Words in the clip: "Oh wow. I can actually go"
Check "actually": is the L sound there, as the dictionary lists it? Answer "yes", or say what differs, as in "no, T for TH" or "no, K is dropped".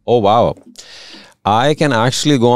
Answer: yes